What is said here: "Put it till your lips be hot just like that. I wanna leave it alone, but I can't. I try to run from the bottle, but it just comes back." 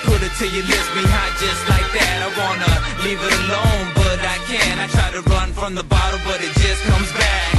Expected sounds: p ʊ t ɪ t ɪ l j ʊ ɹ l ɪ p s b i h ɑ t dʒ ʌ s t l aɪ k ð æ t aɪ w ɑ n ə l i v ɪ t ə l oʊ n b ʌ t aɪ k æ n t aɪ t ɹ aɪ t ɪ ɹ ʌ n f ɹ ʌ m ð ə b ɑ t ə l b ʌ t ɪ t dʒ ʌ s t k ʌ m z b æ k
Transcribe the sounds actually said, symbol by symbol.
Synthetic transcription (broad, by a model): p ʊ t ɪ t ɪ j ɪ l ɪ s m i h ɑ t dʒ ʌ s t l aɪ k ð æ t aɪ w ɑ n ə l i v ɪ t ə l oʊ n b ʌ t aɪ k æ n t aɪ t ɹ aɪ t ɪ ɹ ʌ n f ɹ ʌ m ð ə b ɑ t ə b ʌ t ɪ t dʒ ʌ s k ʌ m z b æ k